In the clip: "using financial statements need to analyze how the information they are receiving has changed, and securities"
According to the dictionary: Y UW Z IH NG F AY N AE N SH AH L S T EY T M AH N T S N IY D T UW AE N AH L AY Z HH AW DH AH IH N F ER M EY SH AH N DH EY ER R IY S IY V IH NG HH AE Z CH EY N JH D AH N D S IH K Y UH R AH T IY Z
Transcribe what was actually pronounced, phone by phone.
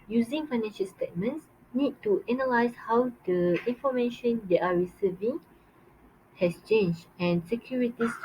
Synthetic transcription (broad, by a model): Y UW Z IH NG F AY N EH N SH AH L S T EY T M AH N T S N IY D T UW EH N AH L AY S HH AW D AH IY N F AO M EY SH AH N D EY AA R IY S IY V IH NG HH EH S CH EY N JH AH N S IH K Y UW R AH T IY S